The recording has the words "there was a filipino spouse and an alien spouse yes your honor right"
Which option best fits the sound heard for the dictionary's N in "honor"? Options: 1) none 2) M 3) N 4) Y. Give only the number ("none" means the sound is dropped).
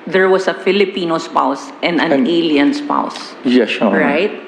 1